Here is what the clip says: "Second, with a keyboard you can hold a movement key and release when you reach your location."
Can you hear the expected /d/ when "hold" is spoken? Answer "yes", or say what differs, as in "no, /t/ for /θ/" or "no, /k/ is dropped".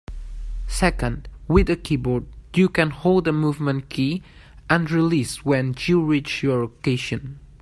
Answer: yes